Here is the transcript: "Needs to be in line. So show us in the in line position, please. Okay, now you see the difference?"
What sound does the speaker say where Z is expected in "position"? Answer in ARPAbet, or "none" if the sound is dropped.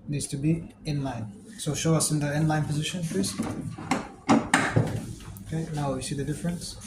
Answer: Z